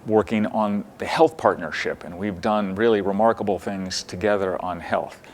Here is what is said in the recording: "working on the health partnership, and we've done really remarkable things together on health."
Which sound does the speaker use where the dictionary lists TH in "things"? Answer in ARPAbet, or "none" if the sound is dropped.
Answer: TH